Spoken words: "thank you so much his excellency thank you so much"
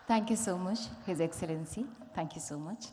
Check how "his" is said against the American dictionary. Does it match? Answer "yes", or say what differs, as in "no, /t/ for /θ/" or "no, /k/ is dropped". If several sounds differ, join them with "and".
yes